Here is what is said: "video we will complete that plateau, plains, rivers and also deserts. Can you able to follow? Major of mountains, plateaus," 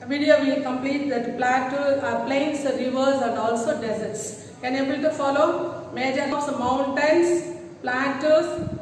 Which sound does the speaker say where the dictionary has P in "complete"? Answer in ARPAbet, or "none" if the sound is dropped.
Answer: P